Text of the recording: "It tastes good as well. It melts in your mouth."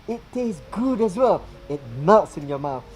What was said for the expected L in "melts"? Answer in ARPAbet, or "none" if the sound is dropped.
none